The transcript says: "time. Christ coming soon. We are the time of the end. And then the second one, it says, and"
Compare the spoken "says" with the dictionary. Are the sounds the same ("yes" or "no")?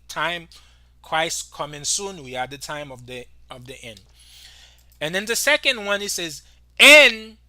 yes